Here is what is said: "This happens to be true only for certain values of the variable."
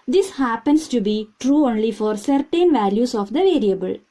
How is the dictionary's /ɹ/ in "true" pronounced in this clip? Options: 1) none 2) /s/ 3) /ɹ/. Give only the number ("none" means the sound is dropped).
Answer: 3